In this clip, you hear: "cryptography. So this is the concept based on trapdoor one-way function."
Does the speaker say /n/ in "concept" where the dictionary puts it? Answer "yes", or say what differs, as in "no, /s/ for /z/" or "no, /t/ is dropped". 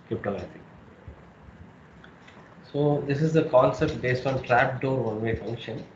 no, /l/ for /n/